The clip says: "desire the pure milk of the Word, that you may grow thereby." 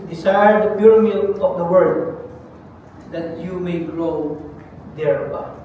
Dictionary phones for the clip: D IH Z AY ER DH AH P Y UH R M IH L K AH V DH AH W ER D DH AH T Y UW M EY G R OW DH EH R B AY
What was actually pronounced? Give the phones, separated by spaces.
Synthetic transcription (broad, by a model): D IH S AY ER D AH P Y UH R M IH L AH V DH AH W ER D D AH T Y UW M EY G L OW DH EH R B AY